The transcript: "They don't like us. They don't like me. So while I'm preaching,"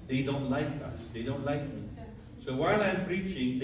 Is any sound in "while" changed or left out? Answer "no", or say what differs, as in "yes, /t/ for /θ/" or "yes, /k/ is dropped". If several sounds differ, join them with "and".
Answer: no